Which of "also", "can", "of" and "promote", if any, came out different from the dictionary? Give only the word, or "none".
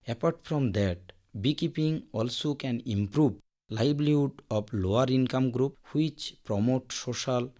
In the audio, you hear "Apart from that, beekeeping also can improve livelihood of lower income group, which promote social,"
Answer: of